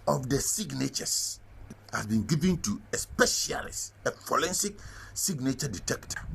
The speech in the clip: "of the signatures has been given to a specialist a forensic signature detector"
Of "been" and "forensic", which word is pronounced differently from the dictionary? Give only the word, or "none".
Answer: forensic